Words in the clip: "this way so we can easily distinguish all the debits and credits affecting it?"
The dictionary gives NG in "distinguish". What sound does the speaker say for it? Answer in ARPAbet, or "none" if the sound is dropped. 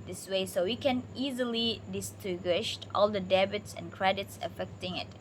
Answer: none